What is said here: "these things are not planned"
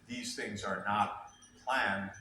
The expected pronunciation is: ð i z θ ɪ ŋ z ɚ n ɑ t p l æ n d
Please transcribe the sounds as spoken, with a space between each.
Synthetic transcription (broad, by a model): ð i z θ ɪ ŋ z ɚ n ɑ t p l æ n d